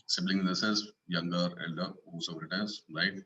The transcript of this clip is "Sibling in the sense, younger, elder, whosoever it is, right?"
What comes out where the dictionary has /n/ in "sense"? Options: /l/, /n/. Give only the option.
/l/